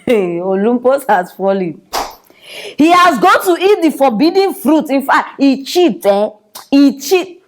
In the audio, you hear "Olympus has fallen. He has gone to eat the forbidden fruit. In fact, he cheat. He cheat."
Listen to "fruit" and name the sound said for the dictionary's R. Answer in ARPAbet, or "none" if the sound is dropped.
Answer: R